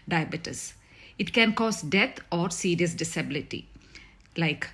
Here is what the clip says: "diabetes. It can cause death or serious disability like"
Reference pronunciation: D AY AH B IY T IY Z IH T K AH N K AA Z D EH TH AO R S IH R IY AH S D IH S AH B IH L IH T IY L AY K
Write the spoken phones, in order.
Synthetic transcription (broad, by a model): D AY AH B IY T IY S IH T K AH N K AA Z D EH T AO R S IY R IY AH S D IH S AH B IH L IH T IY L AY K